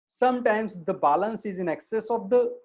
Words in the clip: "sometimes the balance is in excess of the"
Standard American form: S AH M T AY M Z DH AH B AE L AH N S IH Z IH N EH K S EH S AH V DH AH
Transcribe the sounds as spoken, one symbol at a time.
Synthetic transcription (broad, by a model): S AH M T AY M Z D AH B AE L AH N S IH Z IH N EH K S EH S AH V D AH